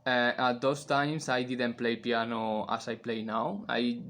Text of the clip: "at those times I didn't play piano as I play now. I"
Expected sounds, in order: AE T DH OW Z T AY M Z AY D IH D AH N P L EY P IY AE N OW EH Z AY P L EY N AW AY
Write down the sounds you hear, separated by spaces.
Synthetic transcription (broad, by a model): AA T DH OW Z T AY M S AY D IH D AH N P L EY P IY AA N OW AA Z AY P L EY N AW AY